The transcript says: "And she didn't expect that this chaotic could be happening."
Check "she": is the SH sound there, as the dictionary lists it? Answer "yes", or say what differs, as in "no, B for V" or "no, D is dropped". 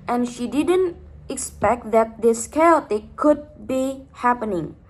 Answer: yes